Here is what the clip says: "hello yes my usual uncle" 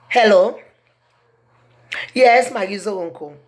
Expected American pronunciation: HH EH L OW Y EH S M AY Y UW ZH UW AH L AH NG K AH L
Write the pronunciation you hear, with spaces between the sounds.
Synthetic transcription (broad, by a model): HH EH L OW Y EH S M AY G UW Z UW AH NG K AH